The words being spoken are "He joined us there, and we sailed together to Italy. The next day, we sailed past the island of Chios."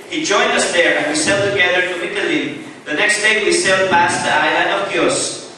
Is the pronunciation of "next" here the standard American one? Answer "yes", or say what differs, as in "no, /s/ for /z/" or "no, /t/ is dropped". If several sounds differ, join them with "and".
yes